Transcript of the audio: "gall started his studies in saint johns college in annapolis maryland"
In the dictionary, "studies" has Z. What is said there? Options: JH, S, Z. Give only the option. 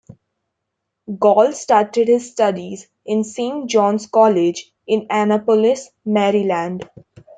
Z